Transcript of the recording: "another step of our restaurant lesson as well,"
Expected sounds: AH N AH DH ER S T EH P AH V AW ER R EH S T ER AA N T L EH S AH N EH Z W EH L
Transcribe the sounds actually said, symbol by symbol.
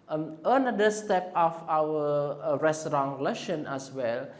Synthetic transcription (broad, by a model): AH N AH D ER S T EH P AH F AW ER R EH S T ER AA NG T L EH SH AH N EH S W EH L